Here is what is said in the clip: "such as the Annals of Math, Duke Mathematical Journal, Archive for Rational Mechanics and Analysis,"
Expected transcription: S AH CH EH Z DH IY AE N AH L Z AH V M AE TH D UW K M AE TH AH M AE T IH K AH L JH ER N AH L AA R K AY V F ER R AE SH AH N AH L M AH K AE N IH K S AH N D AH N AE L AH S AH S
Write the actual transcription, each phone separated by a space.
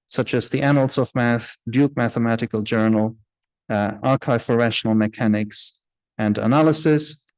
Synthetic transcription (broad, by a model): S AH CH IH Z DH IY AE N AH L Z AH V M AE TH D UW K M AE TH AH M AE T IH K AH L JH ER N AH L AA R K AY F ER R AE SH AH N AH L M AH K AE N IH K S AH N D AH N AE L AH S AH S